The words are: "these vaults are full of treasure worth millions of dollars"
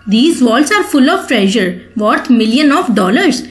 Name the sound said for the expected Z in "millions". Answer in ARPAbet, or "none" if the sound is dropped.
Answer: none